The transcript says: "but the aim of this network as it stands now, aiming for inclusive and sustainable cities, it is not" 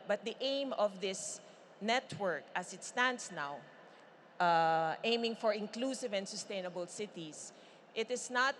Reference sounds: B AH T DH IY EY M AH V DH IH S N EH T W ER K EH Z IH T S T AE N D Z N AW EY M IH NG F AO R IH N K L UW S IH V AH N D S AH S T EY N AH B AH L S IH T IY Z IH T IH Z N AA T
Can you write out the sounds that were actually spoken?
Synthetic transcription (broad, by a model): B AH T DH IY EY M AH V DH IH S N EH T W ER K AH S IH T S T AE N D S N AW EY M IH NG F AO R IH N K L UW S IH V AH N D S AH S T EY N AH B AH L S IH T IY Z IH T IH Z N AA T